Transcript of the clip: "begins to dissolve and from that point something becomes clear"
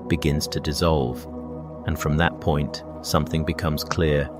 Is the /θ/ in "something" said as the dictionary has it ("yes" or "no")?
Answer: yes